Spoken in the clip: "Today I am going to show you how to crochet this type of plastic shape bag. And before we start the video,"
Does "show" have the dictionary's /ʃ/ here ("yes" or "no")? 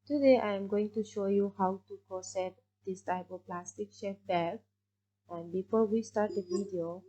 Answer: yes